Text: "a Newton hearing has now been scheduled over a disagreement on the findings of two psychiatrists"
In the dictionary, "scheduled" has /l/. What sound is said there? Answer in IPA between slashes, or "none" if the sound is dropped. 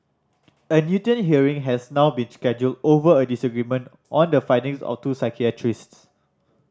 /l/